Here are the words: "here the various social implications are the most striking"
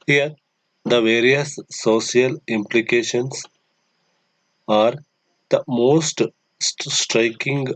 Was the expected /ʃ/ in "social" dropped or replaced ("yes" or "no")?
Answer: yes